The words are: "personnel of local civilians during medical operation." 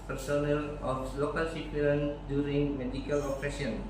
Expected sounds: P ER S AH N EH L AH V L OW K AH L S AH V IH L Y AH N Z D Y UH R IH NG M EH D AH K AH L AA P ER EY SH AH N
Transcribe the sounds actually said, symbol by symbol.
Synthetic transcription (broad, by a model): P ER S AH N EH L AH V L OW K AH L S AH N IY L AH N D Y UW R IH NG M EH D AH K AH L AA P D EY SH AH N